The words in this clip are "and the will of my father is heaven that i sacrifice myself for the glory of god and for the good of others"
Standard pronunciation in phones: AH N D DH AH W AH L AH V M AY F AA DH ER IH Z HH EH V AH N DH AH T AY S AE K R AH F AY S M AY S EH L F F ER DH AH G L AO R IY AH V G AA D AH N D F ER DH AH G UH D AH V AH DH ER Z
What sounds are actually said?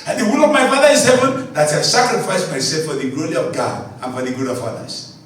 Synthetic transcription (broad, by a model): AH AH W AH N AH V M AY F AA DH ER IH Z HH EH V AH N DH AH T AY S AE K R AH F AY S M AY S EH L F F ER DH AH G L AO R IY AH V G AA D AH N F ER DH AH G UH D AH V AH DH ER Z